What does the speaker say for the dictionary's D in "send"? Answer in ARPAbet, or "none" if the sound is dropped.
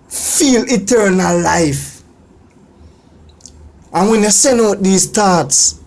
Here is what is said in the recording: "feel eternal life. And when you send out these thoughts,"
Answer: none